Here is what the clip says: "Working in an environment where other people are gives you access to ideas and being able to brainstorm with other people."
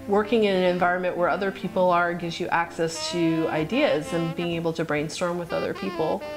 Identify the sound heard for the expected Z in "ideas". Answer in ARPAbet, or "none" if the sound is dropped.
Z